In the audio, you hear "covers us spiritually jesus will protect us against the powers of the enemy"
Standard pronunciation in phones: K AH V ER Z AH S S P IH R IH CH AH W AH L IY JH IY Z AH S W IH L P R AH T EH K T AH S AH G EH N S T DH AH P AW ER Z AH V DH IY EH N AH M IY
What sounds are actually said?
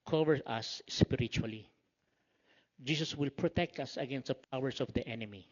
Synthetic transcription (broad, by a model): K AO V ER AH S S P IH R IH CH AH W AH L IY JH IY S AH S W IH L P R AH T EH K T AH S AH G EH N S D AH P AW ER S AH V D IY EH N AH M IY